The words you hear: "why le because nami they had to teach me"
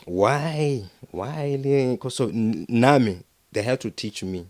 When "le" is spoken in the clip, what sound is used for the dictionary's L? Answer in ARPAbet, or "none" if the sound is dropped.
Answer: W